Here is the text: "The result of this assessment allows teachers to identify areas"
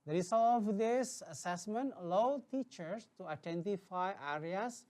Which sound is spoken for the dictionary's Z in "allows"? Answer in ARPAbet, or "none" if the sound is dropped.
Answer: none